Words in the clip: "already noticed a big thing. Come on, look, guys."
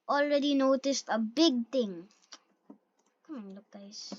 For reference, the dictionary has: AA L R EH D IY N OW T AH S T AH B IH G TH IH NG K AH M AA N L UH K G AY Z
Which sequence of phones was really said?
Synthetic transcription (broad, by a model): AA L R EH D IY N OW T AH S T AH B IH G T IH NG K AH M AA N L UH K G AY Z